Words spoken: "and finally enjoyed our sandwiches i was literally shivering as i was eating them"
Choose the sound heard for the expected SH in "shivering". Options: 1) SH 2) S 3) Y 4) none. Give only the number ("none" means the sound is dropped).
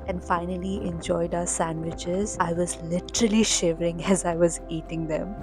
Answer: 1